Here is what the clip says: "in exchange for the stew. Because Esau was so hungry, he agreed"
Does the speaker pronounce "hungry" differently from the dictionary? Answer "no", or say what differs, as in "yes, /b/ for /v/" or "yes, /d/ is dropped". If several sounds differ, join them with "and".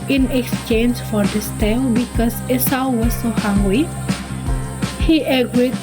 yes, /ɹ/ is dropped